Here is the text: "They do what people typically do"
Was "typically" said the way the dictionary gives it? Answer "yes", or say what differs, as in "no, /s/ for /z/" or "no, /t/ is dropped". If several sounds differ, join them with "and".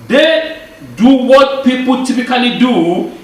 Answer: no, /n/ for /l/